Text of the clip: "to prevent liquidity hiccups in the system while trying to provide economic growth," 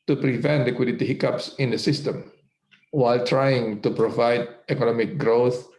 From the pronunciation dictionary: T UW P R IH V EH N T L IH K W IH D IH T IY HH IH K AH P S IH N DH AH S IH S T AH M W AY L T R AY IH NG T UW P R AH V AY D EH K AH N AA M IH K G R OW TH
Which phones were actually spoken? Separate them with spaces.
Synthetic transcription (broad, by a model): T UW P R IH V EH N T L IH K W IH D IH T IY HH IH K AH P S IH N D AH S IH S T AH M W AY L T R AY IH NG T UW P R AH V AY D EH K AH N AA M IH K G R OW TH